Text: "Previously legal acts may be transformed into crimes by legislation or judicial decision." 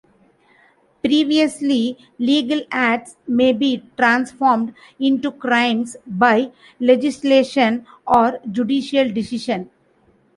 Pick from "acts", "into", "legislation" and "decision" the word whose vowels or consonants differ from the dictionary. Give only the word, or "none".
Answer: decision